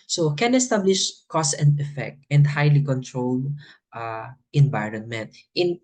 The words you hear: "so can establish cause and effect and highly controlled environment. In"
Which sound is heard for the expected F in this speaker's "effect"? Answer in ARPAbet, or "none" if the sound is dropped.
F